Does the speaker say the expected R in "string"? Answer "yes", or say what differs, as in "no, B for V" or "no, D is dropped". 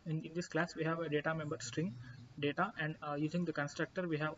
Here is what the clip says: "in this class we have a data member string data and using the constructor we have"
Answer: yes